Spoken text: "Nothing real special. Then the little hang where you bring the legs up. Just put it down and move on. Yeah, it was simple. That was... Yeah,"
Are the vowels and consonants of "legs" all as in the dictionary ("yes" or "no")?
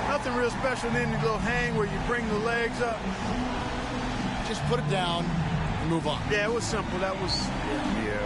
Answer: yes